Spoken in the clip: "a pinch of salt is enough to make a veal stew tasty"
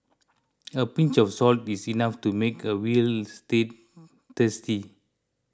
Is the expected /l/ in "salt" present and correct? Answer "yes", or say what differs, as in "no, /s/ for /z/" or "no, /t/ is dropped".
yes